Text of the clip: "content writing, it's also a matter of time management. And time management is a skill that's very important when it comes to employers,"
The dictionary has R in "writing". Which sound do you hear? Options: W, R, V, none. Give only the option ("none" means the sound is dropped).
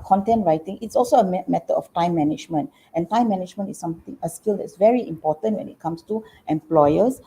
R